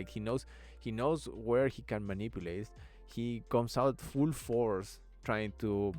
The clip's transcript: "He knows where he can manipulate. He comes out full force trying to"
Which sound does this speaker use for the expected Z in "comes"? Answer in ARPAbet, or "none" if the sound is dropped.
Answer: S